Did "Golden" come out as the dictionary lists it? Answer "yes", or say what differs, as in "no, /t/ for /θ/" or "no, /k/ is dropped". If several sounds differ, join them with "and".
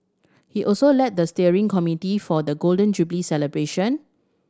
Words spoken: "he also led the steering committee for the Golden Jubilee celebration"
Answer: yes